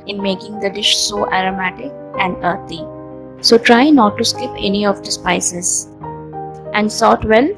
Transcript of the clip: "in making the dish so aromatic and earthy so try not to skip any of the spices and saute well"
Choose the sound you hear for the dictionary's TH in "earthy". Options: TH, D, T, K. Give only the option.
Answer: T